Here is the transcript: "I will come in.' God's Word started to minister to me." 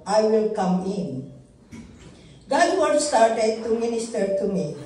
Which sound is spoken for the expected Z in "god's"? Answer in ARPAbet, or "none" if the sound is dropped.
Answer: none